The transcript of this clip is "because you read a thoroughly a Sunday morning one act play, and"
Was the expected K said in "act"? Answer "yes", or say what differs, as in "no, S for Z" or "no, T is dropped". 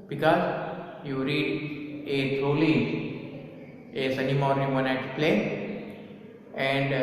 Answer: no, K is dropped